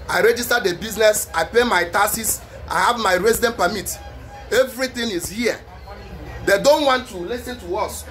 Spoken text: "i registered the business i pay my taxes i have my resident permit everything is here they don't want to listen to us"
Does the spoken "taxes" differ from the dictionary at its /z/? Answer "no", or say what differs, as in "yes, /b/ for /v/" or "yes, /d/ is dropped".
yes, /s/ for /z/